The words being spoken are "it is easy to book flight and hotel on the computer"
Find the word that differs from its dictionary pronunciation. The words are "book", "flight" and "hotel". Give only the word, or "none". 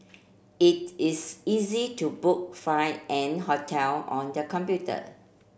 flight